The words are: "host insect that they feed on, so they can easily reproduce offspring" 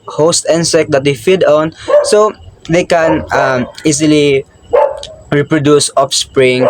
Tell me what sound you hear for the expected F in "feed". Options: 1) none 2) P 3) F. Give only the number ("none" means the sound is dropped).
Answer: 3